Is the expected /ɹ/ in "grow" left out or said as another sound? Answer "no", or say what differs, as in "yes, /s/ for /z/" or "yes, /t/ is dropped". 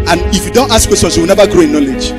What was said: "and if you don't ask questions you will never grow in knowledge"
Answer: no